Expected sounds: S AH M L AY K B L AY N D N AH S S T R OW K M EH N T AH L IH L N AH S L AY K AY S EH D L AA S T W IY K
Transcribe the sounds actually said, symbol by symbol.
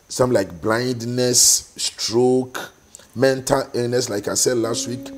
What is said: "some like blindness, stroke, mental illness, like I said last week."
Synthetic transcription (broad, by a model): S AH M L AY K B L AY N D N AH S S T R OW K M EH N T AH L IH N N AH S L AY K AY S EH D L AA S T W IY K